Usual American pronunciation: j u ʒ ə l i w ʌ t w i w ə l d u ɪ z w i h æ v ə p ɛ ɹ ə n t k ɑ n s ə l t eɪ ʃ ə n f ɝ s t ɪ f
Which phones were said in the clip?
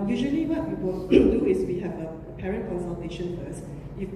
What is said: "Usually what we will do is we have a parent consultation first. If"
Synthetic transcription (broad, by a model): j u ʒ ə l i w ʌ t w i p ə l d u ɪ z w i h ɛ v ə p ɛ ɹ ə n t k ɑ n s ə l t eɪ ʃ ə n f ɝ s ɪ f